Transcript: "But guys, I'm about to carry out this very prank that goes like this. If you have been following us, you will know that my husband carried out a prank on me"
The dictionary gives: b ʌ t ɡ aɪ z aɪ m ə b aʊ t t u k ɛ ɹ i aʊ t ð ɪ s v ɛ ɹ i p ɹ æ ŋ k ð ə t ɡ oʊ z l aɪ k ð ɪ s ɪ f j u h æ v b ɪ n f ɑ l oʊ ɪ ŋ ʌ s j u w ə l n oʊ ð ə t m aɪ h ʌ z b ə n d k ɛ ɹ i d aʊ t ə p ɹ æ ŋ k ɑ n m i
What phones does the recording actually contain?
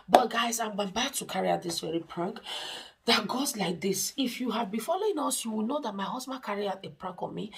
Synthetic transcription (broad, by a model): b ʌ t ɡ aɪ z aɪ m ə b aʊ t t u k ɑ ɹ i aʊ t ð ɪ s v ɛ ɹ i p ɹ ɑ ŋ k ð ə t ɡ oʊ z l aɪ k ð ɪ s ɪ f j u h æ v b ɪ n f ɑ l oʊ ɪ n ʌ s j u w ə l n oʊ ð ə t m aɪ h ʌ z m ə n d k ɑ ɹ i aʊ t ə p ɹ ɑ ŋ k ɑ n m i